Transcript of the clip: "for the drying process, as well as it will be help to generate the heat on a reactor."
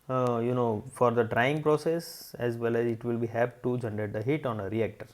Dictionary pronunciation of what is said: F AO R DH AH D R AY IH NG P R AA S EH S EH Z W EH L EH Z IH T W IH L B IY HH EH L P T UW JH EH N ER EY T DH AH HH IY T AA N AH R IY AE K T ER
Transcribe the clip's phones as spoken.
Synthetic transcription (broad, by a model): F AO R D AH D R AY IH NG P R AA S EH S EH Z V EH L EH Z IH T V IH L B IY HH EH P T UW JH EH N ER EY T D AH HH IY T AA N AH R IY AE K T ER